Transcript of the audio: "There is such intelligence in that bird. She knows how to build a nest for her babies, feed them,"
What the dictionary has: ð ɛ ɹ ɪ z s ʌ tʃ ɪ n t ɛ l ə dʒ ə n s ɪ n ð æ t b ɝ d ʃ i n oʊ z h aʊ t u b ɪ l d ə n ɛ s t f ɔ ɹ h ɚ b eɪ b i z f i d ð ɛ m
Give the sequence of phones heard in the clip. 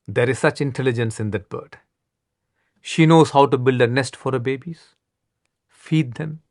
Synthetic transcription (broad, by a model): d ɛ ɹ ɪ z s ʌ tʃ ɪ n t ɛ l ə dʒ ə n s ɪ n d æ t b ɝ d ʃ i n oʊ z h aʊ t u b ɪ l d ə n ɛ s t f ɔ ɹ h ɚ b eɪ b i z f i d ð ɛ m